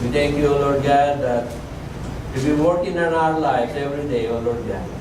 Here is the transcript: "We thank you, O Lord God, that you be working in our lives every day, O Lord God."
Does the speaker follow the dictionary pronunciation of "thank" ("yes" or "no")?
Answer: no